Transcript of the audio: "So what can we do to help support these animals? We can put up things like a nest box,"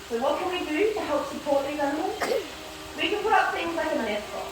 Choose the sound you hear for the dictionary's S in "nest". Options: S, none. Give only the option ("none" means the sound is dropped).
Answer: none